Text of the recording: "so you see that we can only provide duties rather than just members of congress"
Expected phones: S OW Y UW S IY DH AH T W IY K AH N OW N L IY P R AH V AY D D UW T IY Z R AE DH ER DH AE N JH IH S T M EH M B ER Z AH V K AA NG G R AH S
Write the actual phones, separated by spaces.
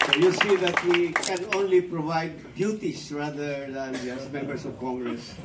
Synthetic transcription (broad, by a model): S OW Y UW S IY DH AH T W IY K AH N OW N L IY P R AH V AY D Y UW T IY S R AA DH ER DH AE N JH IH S M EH M B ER S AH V K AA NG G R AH S